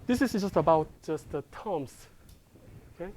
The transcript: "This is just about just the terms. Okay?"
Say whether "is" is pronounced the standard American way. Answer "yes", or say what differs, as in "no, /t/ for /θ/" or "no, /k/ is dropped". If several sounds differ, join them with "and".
no, /s/ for /z/